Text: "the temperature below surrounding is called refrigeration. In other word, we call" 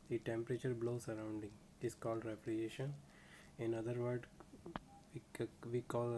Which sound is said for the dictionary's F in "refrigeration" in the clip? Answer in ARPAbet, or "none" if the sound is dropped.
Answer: P